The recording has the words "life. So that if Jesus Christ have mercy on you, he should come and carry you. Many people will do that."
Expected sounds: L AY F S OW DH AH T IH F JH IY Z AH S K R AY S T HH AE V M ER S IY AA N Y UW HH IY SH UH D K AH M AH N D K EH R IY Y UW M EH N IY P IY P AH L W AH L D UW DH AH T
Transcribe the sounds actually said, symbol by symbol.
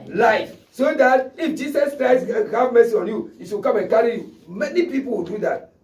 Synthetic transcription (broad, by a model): L AY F S OW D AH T IH F JH IY S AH S K R AY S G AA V M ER S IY AA N Y UW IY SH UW K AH M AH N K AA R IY Y UW M EH N IY P IY P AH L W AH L D UW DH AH T